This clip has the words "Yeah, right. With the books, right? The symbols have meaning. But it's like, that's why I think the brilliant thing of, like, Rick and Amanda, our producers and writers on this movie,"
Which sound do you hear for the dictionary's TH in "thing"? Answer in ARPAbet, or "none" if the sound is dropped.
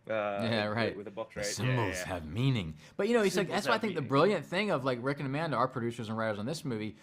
TH